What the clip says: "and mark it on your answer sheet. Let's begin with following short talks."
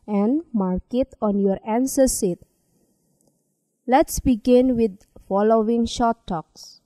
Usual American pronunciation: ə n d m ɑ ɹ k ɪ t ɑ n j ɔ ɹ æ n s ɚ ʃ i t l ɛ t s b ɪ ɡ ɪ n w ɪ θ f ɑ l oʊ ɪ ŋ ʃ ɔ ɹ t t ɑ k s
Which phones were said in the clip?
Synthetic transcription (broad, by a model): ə n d m ɑ ɹ k ɪ t ɑ n j ɔ ɹ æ n s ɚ s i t l ɛ t s b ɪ ɡ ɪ n w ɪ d f ɑ l oʊ ɪ ŋ ʃ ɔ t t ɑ k s